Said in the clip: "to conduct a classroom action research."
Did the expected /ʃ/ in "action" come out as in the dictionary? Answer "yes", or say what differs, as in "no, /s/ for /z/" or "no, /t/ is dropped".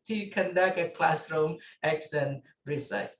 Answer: no, /s/ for /ʃ/